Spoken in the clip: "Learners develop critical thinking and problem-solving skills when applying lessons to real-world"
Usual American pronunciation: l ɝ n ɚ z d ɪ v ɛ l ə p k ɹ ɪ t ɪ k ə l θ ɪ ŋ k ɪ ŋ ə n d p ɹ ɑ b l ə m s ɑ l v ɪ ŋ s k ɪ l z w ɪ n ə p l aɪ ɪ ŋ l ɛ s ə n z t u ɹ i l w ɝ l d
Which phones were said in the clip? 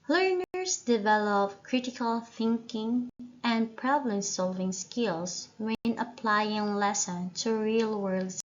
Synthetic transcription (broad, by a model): l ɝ n ɚ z d ɪ v ɛ l ə p k ɹ ɪ t ɪ k ə l θ ɪ ŋ k ɪ ŋ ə n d p ɹ ɑ b l ə m s ɑ l v ɪ ŋ s k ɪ l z w ɪ n ə p l aɪ ɪ ŋ l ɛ s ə n t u ɹ i l w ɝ l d